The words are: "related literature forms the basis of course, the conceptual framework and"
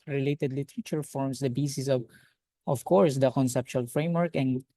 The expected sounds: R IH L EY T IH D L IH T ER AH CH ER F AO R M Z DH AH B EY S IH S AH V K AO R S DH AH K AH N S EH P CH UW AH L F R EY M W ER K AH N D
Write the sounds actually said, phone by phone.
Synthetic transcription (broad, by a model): R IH L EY T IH D L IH T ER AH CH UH F AO R M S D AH B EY S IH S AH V K AO R S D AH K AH N S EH P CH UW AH L F R EY M W ER K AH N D